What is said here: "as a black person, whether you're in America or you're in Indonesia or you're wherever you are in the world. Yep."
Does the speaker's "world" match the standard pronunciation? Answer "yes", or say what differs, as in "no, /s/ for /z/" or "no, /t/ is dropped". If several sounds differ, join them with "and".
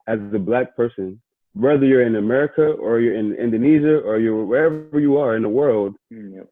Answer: yes